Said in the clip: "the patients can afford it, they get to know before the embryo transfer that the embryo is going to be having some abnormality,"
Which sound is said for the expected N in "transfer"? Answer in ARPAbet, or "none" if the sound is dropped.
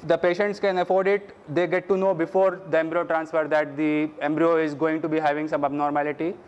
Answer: N